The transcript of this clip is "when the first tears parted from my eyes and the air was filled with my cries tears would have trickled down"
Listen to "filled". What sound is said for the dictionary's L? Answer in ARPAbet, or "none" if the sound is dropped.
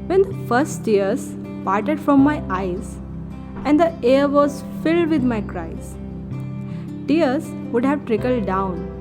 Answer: L